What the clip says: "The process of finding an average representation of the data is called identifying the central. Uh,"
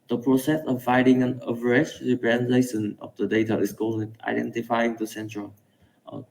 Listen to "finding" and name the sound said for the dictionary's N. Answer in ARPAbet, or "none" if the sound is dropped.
none